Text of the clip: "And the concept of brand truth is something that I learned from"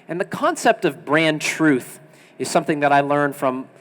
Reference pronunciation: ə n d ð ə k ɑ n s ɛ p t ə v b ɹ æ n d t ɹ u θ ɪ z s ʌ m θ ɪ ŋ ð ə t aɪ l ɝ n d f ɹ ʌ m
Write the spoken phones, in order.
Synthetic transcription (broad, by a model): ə n ð ə k ɑ n s ɛ p t ə v b ɹ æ n t ɹ u θ ɪ z s ʌ m θ ɪ ŋ ð ə t aɪ l ɝ n f ɹ ʌ m